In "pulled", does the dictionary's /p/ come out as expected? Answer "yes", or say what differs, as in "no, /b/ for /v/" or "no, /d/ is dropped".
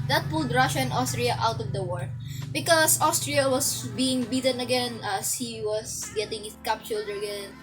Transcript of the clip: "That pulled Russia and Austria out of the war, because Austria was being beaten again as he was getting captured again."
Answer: yes